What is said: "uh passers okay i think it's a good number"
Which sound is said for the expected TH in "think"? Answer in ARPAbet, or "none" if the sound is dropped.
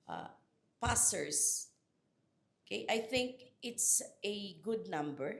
TH